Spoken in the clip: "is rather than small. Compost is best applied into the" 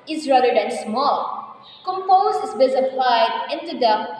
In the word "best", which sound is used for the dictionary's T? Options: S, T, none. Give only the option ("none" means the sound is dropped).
none